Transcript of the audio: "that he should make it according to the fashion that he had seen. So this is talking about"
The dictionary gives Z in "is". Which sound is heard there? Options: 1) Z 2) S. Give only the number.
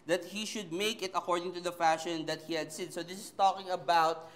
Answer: 2